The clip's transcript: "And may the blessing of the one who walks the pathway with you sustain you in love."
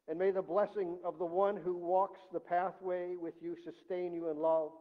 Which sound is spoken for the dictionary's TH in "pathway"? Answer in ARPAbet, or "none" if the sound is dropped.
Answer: TH